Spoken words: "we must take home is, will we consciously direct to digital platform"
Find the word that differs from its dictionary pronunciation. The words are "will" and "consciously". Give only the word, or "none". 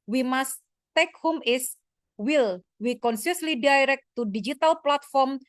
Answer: consciously